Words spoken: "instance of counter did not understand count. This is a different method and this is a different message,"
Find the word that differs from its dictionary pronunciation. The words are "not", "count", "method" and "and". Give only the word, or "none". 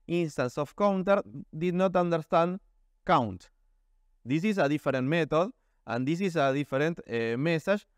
method